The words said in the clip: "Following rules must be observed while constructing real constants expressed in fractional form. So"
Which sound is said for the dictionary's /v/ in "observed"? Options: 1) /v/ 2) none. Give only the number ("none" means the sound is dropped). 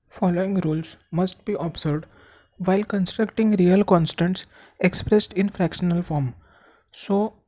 2